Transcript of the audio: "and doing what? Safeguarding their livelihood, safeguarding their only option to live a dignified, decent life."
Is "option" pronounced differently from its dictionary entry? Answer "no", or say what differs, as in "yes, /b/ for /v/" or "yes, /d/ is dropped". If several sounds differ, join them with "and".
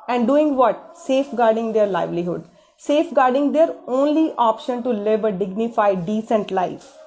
no